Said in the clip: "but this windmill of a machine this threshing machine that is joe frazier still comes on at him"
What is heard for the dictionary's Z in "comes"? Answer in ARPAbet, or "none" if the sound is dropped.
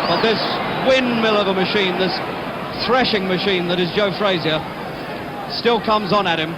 Z